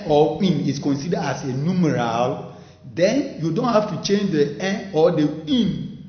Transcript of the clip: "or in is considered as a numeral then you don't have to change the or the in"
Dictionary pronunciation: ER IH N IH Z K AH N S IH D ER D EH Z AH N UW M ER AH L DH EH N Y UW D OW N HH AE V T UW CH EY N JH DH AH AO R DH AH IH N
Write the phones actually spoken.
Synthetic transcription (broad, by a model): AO IH N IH S K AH N S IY D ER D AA S AH N UW M ER AH L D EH N Y UW D OW N HH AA F T UW CH EY N JH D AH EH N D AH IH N